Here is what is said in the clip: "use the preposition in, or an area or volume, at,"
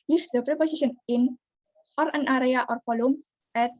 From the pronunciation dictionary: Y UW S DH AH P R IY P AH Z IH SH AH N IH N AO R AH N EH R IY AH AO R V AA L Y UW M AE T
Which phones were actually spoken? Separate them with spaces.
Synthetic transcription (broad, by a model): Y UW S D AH P R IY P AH S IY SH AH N IH N AO R AH N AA R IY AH AO R F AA L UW M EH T